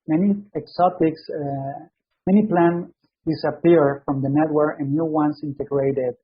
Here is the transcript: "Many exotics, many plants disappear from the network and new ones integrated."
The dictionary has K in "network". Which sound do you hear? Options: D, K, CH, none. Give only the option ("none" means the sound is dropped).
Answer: none